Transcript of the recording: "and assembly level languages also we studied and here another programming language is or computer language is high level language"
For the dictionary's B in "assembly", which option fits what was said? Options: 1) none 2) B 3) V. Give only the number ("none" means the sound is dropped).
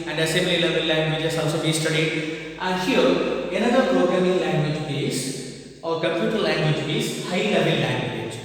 1